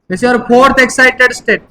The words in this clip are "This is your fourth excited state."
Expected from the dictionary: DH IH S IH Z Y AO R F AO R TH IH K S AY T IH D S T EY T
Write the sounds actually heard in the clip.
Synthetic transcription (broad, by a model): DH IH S Y AO R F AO R T IH K S AY T IH D S T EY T